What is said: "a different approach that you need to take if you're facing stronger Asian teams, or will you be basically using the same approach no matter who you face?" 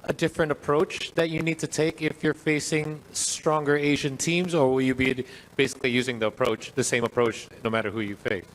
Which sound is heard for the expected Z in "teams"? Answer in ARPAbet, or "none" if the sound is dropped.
Z